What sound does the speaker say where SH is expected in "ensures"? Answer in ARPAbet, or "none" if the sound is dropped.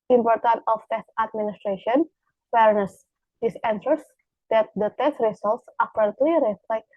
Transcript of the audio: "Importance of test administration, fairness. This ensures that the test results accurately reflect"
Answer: S